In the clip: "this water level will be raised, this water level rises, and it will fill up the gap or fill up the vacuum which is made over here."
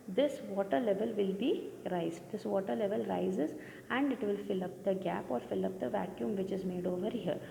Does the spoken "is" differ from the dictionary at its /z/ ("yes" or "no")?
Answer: no